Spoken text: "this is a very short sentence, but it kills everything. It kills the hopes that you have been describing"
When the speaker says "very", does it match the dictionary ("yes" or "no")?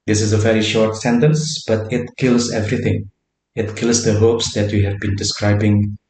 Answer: yes